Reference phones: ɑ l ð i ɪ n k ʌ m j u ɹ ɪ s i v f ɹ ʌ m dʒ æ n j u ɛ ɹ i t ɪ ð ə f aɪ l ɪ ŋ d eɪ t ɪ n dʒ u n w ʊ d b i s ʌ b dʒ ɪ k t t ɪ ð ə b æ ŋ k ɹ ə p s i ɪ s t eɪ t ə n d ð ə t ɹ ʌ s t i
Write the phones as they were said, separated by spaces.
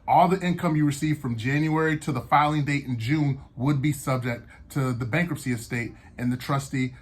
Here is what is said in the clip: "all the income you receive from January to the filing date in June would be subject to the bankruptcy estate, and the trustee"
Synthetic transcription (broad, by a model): ɑ l ð i ɪ n k ʌ m j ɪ ɹ ɪ s i v f ɹ ʌ m dʒ æ n j u ɛ ɹ i t ɪ ð ə f aɪ l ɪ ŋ d eɪ t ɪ n dʒ u n w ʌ d b i s ʌ b dʒ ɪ k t t ɪ ð ə b æ ŋ k ɹ ə p s i ɪ s t eɪ t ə n ð ə t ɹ ʌ s t i